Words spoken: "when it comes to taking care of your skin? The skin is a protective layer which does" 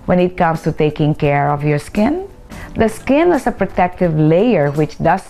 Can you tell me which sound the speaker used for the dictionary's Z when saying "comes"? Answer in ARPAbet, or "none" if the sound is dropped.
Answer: S